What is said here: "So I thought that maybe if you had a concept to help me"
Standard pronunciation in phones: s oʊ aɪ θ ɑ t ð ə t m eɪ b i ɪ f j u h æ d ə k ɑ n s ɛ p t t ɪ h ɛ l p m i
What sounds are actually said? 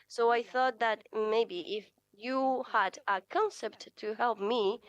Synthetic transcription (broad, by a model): s oʊ aɪ θ ɑ t ð ə t m eɪ b i ɪ f j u h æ d ə k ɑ n s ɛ p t t ɪ h ɛ l p m i